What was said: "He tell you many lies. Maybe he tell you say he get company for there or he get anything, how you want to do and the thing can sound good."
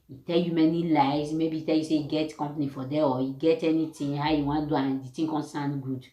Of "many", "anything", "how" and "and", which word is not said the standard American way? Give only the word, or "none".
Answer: anything